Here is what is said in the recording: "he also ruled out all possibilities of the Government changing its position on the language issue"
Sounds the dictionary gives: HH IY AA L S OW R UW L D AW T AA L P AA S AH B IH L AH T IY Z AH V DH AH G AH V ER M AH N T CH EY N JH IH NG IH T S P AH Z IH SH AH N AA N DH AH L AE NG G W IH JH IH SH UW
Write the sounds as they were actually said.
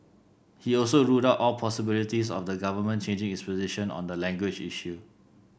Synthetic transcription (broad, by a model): HH IY AA L S OW R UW D AW T AA L P AA S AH B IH L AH T IY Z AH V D AH G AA V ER M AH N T CH EY N JH IH NG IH S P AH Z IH SH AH N AA N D AH L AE NG G W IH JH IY SH UW